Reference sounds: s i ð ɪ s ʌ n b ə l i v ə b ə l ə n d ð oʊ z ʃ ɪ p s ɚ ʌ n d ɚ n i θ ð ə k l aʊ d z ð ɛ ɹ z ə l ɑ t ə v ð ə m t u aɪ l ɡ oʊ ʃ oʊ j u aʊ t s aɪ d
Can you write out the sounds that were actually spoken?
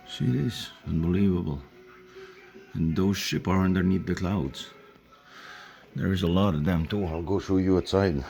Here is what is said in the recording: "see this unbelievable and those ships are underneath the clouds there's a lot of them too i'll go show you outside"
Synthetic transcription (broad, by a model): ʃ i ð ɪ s ʌ n b ə l i v ə b ə l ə n ð oʊ z ʃ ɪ p ɚ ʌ n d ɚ n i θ ð ə k l aʊ d z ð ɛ ɹ z ə l ɑ t ə v ð ə m t u aɪ l ɡ oʊ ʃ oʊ j u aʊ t s aɪ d